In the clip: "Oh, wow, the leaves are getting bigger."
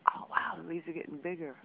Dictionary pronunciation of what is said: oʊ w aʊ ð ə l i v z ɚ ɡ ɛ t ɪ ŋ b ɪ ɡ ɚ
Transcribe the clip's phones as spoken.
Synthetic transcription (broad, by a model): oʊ w aʊ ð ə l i z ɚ ɡ ɛ t ɪ ŋ b ɪ ɡ ɚ